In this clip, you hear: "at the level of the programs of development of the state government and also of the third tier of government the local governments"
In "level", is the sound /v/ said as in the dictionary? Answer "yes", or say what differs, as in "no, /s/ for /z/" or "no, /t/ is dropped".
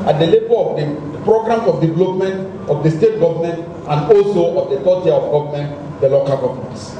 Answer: no, /b/ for /v/